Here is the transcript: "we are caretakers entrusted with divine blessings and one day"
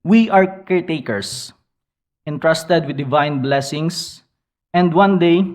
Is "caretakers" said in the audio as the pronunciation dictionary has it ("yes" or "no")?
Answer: no